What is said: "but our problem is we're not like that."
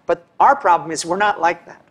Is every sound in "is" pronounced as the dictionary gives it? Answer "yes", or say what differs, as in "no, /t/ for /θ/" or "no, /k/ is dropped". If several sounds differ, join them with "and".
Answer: yes